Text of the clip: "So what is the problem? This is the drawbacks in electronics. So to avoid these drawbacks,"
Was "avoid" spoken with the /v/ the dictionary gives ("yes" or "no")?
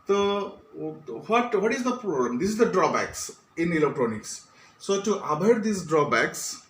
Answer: no